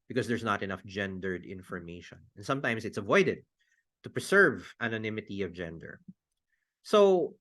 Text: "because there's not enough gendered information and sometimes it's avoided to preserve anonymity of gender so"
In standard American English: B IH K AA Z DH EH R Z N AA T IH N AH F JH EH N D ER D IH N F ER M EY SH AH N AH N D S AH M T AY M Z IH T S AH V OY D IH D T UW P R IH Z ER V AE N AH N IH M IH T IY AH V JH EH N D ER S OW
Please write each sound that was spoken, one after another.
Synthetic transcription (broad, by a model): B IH K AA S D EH R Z N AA T IH N AH F JH EH N D ER D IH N F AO M EY SH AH N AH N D S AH M T AY M S IH T S AH V OY D IH D T UW P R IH S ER V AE N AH N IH M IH T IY AH V JH EH N D ER S OW